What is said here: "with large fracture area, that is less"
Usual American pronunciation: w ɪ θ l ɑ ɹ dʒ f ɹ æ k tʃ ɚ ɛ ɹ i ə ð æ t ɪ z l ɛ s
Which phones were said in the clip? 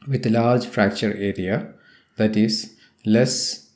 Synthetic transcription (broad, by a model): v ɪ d l ɑ ɹ dʒ f ɹ æ k tʃ ɚ ɛ ɹ i ə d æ t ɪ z l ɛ s